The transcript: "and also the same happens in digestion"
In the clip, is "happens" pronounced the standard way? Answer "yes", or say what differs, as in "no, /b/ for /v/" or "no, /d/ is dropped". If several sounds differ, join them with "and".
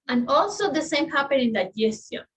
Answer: no, /z/ is dropped